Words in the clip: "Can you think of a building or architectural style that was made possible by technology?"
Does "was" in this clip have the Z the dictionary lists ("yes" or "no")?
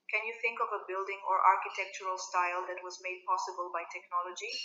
yes